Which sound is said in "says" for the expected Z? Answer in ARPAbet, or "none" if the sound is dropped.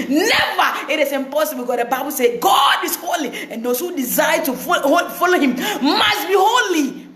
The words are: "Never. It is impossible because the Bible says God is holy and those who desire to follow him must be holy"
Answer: none